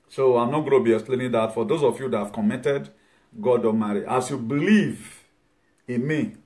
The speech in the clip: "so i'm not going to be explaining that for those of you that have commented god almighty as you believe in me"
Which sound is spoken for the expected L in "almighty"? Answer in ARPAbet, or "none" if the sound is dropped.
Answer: none